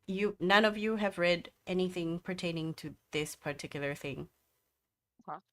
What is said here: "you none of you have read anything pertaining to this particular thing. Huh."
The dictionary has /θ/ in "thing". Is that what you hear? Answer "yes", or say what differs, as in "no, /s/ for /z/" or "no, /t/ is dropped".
yes